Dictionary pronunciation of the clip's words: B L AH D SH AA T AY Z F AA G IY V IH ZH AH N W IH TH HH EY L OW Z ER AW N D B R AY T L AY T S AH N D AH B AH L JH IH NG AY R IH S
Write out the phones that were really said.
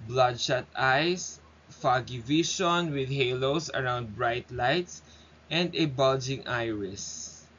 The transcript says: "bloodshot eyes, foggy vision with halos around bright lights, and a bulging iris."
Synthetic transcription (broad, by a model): B L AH D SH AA T AY S F AA G IY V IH SH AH N W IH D HH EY L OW S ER AW N D B R AY T L AY T S AH N D AH B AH L JH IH NG AY R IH S